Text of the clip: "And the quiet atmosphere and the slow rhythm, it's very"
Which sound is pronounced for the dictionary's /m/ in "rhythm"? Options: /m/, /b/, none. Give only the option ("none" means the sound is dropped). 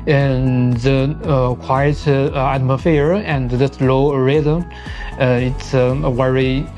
none